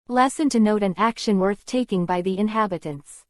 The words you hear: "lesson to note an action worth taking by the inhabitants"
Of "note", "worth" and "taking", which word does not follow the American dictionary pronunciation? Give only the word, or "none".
none